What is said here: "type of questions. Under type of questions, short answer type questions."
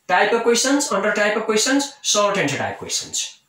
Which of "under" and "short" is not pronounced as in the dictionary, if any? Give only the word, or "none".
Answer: short